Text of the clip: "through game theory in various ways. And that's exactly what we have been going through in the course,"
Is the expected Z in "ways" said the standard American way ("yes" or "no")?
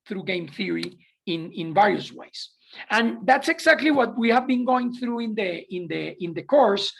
no